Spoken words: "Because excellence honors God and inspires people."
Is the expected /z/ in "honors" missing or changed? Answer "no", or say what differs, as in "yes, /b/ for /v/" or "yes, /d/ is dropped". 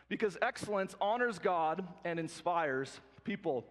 no